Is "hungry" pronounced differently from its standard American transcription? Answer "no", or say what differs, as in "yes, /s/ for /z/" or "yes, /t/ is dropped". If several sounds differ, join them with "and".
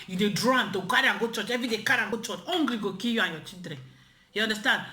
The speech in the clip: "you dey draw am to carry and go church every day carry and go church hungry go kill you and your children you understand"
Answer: yes, /l/ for /ɹ/